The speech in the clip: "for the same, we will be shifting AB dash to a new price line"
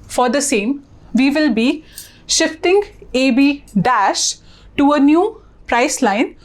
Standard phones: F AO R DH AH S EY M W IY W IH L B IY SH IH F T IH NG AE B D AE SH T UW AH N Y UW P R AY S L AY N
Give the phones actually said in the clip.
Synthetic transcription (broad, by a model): F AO R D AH S EY M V IY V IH L B IY SH IH F T IH NG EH B D AE SH T UW AH N Y UW P R AY S L AY N